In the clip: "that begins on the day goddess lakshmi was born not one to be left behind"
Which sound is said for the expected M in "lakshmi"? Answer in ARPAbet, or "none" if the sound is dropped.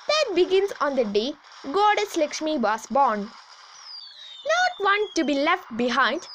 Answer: M